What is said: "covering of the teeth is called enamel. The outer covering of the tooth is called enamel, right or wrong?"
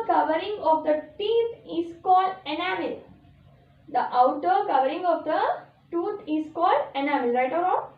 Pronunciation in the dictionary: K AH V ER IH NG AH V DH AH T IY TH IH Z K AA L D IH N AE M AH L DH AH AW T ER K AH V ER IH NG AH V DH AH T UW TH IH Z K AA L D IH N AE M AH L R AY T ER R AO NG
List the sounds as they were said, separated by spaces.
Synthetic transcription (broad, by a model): K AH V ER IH NG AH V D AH T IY T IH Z K AA L D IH N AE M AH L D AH AW T ER K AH V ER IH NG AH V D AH T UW T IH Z K AA L D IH N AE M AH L R AY T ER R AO